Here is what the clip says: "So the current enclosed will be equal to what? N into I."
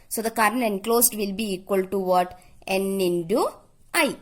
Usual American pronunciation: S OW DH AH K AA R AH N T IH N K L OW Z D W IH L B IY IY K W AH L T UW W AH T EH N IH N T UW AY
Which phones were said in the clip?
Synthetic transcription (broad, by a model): S OW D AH K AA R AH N IH N K L OW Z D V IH L B IY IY K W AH L T UW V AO T EH N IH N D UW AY